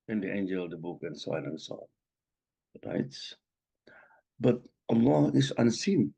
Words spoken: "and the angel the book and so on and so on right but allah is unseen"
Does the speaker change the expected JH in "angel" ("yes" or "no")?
no